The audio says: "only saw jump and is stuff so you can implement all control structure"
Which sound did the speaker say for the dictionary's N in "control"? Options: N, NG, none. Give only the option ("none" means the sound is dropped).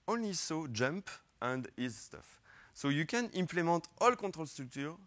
none